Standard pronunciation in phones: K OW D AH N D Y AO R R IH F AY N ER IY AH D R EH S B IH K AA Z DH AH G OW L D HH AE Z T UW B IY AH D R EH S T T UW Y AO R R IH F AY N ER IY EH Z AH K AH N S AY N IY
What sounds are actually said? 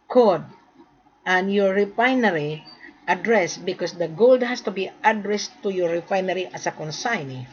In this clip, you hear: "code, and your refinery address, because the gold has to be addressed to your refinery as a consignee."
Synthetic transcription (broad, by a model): K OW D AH N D Y AO R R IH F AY N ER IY AH D R EH S B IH K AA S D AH G OW L D HH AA S T UW B IY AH D R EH S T T UW Y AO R R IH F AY N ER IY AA S AH K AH N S AY N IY